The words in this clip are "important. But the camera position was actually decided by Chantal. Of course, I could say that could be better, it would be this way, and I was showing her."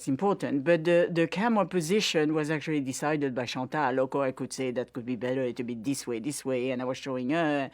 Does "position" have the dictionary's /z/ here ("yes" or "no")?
yes